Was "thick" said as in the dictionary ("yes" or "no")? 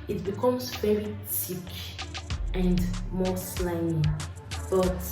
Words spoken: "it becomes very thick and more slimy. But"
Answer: no